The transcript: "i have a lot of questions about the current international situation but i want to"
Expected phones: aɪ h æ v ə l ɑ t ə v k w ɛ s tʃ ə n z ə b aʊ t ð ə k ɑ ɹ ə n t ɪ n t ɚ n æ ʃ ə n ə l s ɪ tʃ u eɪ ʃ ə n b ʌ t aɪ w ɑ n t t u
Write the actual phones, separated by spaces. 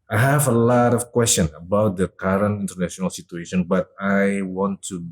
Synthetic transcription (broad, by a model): aɪ h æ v ə l ɑ t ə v k w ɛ s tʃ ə n ə b aʊ t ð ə k ɑ ɹ ə n t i n t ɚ n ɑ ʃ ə n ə l s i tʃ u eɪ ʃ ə n b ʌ t aɪ w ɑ n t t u